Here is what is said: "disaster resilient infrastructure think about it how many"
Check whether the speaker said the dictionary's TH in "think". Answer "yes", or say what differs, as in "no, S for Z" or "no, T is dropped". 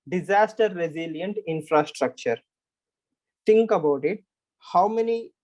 no, T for TH